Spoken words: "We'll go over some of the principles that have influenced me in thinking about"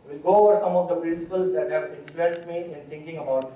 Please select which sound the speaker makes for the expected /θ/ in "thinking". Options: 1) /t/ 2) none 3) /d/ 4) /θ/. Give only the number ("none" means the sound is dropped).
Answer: 1